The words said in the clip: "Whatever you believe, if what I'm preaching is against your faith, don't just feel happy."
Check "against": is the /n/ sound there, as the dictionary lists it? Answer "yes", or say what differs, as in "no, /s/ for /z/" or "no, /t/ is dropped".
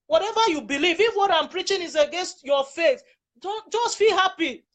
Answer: yes